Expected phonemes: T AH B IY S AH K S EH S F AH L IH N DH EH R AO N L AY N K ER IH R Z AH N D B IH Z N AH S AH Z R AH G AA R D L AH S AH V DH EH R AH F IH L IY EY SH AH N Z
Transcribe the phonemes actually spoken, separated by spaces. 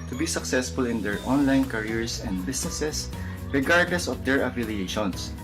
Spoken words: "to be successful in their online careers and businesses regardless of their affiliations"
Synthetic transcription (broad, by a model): T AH B IY S AH K S EH S F AH L IH N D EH R AO N L AY N K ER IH R S AH N D B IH S N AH S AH S R AH G AA R D L AH S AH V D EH R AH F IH L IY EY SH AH N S